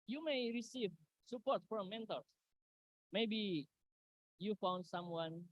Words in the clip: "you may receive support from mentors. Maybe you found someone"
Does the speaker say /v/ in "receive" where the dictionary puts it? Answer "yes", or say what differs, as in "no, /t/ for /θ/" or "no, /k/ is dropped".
yes